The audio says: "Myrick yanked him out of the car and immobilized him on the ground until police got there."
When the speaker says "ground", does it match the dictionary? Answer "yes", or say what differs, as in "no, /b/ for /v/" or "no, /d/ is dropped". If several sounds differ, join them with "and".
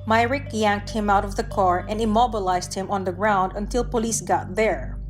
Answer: yes